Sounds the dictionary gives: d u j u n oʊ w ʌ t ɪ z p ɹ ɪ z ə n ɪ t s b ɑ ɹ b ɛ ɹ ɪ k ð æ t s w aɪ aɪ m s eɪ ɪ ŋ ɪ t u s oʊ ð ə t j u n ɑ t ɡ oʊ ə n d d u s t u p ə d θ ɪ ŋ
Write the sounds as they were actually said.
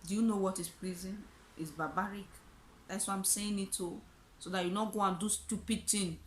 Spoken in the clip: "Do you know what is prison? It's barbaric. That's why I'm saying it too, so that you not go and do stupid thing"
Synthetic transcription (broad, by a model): d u j u n oʊ w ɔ t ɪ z p l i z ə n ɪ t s b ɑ b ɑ ɹ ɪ k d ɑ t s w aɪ aɪ m s eɪ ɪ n ɪ t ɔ s oʊ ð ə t j u n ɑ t ɡ oʊ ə n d d u s t u p ə d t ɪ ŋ